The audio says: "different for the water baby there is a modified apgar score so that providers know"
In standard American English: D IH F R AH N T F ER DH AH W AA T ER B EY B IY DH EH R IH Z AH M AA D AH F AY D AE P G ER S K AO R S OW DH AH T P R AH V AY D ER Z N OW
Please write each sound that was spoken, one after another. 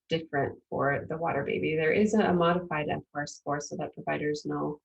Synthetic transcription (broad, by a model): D IH F R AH N T F ER DH AH W AA T ER B EY B IY DH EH R IH Z AH M AA D AH F AY D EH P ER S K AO R S OW DH AH T P R AH V AY D ER Z N OW